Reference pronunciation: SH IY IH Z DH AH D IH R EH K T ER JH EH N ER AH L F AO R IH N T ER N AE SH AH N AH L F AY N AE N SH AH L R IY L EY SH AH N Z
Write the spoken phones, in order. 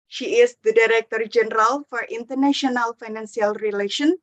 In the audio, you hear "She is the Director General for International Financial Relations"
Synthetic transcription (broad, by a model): SH IY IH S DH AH D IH R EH K T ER JH EH N ER AH L F AO R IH N T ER N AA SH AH N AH L F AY N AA N S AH L R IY L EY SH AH N